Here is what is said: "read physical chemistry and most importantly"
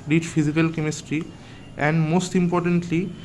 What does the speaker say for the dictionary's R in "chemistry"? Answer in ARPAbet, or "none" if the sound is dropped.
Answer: R